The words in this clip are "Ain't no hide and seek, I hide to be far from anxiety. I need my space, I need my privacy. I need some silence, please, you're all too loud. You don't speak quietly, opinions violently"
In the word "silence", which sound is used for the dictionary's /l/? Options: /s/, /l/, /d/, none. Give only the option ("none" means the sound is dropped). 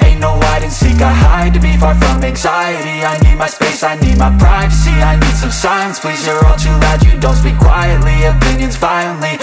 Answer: none